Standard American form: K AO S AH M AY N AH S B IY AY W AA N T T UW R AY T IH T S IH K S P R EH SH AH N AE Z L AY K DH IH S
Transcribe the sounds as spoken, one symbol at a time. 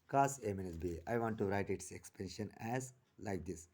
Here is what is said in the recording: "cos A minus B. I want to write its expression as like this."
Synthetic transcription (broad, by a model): K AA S AH M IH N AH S B IY AY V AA N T T UW R AY T IH T S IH K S P EH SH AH N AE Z L AY K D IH S